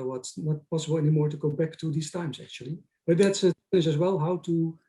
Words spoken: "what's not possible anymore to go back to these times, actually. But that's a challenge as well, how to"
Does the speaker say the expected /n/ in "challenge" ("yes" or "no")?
no